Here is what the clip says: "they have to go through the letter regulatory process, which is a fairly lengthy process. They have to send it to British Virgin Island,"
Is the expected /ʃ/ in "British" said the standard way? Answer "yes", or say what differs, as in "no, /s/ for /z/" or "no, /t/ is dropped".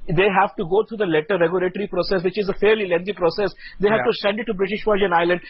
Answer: yes